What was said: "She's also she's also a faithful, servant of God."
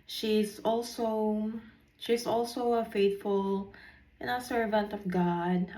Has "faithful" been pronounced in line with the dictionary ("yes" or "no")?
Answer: no